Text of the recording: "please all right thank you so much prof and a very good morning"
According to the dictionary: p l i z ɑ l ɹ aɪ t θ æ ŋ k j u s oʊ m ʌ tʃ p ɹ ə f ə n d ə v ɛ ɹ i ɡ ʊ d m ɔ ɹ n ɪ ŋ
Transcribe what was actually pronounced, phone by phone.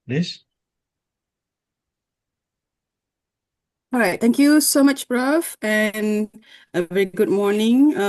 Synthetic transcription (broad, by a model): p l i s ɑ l ɹ aɪ t t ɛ ŋ k j u s oʊ m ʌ tʃ b ɹ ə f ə n ə v ɛ ɹ i ɡ ʊ d m ɔ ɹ n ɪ ŋ